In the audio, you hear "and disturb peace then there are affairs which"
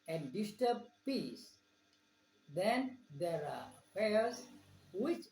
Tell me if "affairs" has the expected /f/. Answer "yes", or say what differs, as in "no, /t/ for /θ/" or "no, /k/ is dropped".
no, /f/ is dropped